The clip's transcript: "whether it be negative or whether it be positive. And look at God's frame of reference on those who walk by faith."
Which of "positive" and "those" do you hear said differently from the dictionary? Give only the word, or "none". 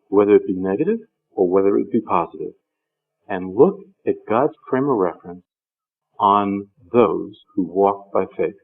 none